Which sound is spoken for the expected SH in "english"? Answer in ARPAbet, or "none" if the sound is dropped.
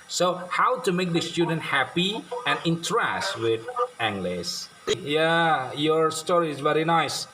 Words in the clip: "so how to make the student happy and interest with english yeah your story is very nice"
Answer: S